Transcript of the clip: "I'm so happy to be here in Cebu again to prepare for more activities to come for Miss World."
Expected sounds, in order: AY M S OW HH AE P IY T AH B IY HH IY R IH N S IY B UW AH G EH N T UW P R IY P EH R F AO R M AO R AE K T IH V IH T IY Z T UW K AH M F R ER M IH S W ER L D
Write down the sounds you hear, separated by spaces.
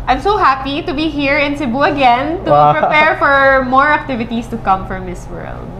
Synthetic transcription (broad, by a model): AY M S OW HH AE P IY T AH B IY HH IY R IH N S IY B UW AH G EH N T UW P R IY P EH R F AO R M AO R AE K T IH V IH T IY S T UW K AH M F R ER M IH S W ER L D